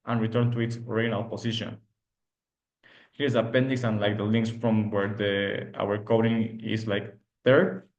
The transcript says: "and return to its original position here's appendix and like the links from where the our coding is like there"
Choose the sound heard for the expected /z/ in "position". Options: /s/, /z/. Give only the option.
/s/